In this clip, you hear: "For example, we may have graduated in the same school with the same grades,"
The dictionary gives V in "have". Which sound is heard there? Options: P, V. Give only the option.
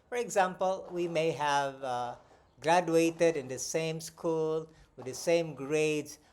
V